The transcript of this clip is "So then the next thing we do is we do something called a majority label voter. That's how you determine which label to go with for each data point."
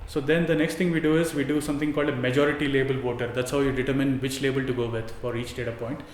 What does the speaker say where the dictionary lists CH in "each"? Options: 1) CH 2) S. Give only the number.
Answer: 1